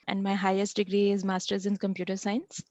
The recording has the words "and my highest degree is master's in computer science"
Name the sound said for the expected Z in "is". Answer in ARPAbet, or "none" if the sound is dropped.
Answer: Z